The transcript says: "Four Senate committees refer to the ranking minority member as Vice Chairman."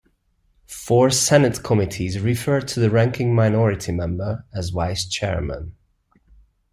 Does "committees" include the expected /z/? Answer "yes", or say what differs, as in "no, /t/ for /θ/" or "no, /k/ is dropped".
yes